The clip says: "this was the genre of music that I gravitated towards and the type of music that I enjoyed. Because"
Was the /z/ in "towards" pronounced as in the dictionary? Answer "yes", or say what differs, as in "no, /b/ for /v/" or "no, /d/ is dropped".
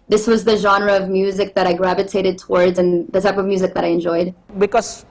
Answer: yes